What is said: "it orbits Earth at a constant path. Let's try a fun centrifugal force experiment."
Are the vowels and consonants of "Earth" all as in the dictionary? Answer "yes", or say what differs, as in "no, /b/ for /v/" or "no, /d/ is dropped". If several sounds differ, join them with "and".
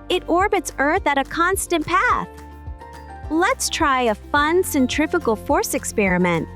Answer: yes